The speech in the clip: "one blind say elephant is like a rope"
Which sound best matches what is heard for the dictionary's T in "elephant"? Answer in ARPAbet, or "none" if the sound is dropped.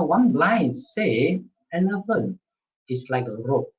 none